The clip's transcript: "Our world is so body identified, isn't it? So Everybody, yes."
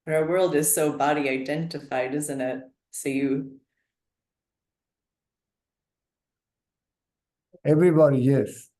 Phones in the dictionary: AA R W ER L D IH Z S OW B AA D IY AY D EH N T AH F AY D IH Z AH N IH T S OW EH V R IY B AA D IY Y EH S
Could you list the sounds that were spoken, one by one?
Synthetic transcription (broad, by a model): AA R W ER L D IH Z S OW B AA D IY AY D EH N T AH F AY D IH Z AH N IH T S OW EH V R IY B AA D IY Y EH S